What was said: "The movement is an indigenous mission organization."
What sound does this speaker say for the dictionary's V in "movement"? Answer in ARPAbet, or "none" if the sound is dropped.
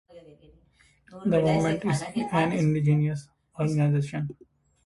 none